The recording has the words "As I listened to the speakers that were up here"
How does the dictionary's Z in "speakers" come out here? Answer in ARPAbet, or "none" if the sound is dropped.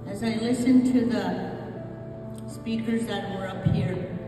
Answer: Z